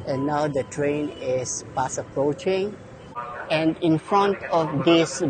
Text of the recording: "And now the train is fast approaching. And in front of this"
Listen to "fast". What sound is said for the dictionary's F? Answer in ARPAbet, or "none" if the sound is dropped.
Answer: P